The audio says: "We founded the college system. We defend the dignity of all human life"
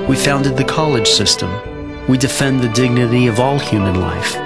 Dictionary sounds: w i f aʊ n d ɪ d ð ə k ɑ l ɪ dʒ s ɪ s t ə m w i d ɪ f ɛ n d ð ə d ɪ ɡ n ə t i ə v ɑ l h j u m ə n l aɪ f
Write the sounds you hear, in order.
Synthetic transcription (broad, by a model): w i f aʊ n d ɪ d ð ə k ɑ l ɪ dʒ s ɪ s t ə m w i d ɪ f ɛ n ð ə d ɪ ɡ n ə t i ə v ɑ l h j u m ə n l aɪ f